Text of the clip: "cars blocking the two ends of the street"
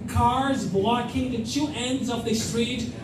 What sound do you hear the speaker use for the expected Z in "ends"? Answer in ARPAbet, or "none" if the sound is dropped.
Z